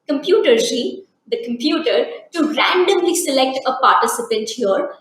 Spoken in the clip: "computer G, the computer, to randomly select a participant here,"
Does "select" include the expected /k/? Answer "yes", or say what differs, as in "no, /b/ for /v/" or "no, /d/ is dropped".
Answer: yes